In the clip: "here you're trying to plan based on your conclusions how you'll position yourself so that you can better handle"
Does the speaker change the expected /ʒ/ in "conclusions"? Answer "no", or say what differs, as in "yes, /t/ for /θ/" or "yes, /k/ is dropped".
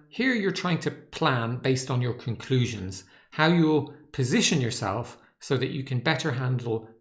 no